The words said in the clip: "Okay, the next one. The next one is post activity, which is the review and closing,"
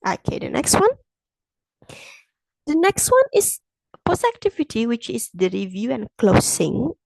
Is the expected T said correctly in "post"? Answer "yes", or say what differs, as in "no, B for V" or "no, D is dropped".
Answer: no, T is dropped